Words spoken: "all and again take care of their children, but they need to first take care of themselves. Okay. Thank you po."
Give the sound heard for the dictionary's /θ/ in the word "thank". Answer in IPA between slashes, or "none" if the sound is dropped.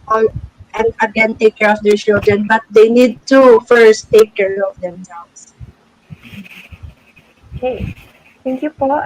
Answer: /t/